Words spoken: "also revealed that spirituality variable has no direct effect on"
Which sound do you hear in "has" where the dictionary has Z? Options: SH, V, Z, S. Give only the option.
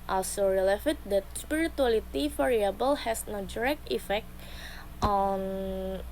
S